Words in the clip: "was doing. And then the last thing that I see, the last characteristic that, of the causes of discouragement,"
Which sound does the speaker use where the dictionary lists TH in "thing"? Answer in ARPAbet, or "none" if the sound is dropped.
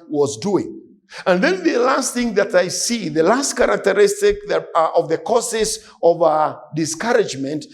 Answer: TH